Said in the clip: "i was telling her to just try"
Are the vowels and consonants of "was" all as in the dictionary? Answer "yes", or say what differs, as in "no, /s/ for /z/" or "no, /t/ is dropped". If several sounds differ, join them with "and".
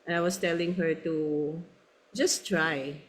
no, /s/ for /z/